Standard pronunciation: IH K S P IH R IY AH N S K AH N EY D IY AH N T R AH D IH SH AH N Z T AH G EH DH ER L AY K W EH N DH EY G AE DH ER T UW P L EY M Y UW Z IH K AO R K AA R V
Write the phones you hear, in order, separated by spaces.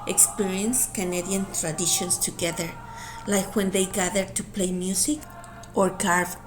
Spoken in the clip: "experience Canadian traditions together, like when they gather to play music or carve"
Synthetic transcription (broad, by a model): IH K S P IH R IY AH N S K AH N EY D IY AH N T R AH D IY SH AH N S T AH G EH DH ER L AY K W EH N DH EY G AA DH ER T UW P L EY M Y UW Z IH K AO R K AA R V